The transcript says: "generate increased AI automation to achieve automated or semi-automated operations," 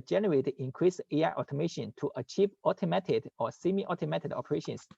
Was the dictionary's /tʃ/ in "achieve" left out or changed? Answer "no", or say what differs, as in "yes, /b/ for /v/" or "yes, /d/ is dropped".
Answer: no